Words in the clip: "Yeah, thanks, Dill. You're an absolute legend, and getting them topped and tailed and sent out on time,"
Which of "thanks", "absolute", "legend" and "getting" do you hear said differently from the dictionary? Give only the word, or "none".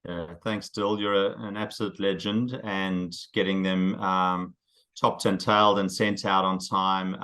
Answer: none